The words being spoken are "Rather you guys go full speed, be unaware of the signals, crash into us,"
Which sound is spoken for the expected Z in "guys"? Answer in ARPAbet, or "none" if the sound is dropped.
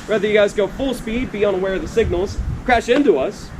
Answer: Z